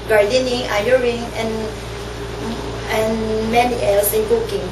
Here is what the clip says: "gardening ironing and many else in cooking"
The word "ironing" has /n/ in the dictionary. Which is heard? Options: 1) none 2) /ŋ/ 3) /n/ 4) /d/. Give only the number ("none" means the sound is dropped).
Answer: 1